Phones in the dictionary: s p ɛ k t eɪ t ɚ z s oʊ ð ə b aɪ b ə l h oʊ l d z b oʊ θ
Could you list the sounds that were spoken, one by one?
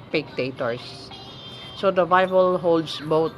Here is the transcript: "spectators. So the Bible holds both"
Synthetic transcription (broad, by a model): p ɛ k t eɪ t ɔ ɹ s oʊ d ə b aɪ b ə l h oʊ l d s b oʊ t